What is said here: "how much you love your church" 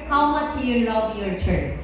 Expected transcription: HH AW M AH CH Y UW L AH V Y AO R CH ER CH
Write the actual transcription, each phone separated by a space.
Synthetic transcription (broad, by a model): HH AW M AH CH Y UW L AH V Y AO R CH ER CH